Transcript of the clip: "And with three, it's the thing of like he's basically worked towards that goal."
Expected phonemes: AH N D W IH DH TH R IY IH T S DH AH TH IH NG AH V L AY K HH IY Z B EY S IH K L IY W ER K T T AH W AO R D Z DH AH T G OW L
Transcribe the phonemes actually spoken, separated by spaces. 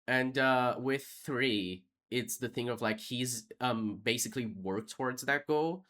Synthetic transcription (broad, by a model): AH N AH W IH DH TH R IY IH T S DH AH TH IH NG AH V L AY K HH IY Z B EY S IH K L IY W ER K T T AH W AO R D Z DH AH T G OW L